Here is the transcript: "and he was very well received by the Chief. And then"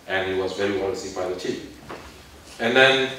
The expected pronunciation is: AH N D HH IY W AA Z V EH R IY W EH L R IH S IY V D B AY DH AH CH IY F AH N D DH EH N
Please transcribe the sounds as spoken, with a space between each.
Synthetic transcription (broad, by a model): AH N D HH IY W AA Z V EH R IY W EH L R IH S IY B AY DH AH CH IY P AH N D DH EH N